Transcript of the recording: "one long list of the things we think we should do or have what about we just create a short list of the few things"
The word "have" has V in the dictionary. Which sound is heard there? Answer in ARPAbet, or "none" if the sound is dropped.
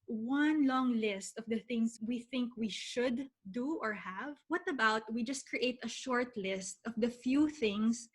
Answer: V